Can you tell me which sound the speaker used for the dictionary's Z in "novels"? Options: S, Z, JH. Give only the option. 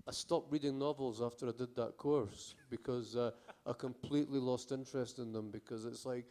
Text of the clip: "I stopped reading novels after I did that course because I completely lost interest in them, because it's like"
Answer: Z